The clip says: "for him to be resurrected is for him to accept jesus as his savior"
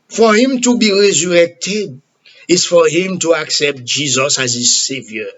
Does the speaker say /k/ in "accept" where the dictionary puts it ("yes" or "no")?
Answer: yes